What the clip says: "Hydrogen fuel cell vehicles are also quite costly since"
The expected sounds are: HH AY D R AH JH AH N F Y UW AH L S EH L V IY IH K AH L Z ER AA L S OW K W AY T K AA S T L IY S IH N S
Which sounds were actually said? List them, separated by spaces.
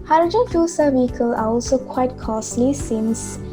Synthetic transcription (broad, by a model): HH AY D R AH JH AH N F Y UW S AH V IY K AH L ER AA L S OW K W AY T K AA S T L IY S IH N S